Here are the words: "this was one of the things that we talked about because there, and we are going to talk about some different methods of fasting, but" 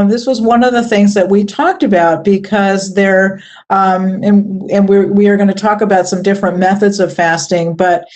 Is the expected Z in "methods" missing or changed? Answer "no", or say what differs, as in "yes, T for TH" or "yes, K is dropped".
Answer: no